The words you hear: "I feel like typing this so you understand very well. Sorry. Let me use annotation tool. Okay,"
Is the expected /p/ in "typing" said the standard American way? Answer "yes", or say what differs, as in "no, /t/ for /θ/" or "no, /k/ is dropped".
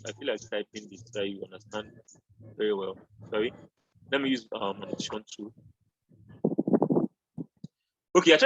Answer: no, /b/ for /p/